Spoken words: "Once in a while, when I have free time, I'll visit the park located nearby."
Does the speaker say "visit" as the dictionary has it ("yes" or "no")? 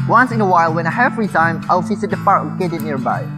no